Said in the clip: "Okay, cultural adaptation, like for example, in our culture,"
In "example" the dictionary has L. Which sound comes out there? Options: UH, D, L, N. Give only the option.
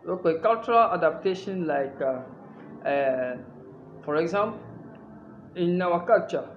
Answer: N